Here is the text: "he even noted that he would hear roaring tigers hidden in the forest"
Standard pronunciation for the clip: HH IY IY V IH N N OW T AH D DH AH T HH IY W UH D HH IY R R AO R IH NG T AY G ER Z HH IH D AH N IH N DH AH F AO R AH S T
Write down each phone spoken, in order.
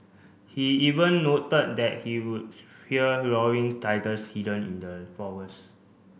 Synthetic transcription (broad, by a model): HH IY IY V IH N N OW T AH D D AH T HH IY W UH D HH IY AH R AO W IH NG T AY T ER S HH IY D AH N IH N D AH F AO W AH S